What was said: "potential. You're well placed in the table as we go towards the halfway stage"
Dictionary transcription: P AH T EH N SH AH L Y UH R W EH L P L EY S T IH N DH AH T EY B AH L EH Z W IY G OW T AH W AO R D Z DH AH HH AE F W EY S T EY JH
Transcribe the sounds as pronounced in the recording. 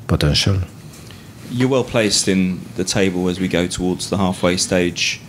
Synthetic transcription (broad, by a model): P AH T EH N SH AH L Y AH W EH L P L EY S T IH N DH AH T EY B AH L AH Z W IY G OW T AH W AO D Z DH AH HH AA F W EY S T EY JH